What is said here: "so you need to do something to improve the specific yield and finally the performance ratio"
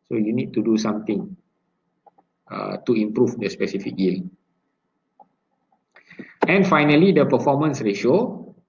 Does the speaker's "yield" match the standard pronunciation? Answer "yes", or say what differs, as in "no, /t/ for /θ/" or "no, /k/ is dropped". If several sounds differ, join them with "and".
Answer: no, /d/ is dropped